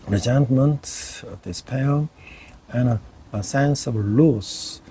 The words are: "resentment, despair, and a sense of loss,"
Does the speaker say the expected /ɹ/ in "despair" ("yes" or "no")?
no